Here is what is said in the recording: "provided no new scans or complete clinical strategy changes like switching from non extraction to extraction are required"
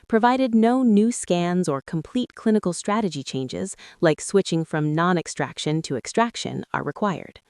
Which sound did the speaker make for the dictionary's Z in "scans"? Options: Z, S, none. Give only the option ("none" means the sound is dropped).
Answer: Z